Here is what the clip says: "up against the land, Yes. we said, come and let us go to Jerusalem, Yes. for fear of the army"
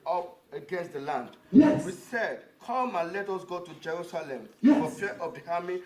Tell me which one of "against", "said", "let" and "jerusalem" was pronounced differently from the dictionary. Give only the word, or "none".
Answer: none